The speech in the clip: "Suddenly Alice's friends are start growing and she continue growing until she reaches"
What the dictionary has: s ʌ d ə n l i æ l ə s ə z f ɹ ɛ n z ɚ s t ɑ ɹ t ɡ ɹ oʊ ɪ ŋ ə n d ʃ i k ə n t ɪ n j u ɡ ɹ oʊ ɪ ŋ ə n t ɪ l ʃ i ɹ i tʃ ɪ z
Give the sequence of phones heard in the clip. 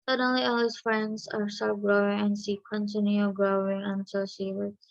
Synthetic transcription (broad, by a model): s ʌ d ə n l i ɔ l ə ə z f ɹ ɛ n z ɚ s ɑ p ɡ ɹ oʊ ɪ ŋ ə n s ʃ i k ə n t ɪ n j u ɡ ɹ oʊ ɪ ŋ ə n t ɪ l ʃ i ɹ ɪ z